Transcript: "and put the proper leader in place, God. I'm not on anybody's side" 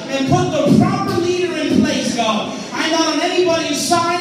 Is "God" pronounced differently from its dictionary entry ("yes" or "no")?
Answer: yes